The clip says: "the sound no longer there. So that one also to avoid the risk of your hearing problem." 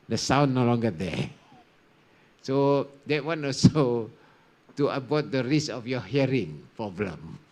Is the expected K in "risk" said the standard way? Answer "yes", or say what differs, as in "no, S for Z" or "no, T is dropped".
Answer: no, K is dropped